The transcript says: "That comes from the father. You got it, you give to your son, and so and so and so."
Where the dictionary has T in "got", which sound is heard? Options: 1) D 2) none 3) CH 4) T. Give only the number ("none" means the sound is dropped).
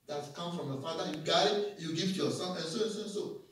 2